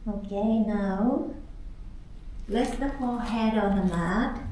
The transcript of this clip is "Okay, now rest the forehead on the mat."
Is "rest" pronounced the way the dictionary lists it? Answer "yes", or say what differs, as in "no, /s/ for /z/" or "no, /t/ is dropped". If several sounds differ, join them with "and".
no, /l/ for /ɹ/